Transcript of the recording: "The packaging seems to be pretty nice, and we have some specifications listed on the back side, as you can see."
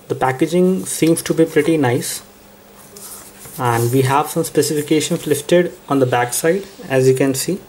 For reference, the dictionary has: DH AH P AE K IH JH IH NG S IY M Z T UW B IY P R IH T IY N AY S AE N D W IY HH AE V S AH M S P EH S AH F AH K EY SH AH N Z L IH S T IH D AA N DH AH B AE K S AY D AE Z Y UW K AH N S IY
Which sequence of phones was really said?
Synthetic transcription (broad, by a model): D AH P AE K IH JH IH NG S IY M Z T UW B IY P R IH T IY N AY S AE N D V IY HH AE V S AH M S P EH S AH F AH K EY SH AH N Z L IH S T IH D AA N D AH B AE K S AY D AE Z Y UW K AH N S IY